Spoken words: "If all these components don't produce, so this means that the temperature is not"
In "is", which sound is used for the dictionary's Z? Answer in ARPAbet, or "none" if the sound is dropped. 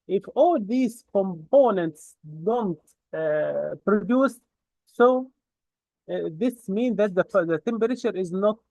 Z